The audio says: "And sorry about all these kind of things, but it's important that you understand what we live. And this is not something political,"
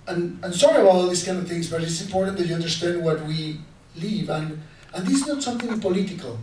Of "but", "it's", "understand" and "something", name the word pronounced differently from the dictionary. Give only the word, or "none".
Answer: none